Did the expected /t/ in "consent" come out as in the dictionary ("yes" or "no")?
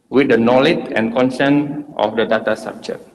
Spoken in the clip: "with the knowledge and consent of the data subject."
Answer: yes